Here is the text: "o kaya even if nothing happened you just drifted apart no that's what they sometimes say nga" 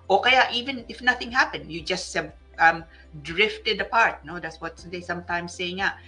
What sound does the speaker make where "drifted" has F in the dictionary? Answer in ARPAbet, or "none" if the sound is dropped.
F